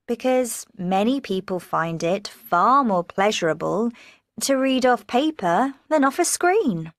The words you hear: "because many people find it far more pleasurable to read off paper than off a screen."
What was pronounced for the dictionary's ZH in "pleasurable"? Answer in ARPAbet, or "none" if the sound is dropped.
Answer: ZH